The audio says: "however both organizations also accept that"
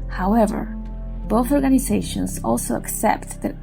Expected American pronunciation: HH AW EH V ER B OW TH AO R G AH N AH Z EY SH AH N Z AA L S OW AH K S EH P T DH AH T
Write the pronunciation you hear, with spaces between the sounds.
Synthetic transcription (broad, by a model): HH AW EH V ER B OW TH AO R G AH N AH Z EY SH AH N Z AA L S OW AH K S EH P T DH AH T